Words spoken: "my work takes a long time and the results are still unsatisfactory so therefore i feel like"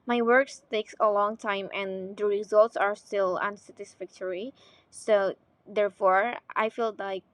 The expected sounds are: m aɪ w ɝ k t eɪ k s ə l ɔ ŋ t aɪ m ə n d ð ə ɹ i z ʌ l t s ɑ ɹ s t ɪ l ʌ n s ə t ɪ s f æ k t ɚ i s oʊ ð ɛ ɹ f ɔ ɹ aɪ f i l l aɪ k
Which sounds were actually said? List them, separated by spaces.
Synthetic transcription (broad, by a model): m aɪ w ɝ k t eɪ k s ə l ɔ ŋ t aɪ m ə n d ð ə ɹ i z ʌ l t s ɑ ɹ s t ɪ l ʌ n s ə t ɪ s f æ k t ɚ i s oʊ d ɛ ɹ f ɔ ɹ aɪ f i l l aɪ k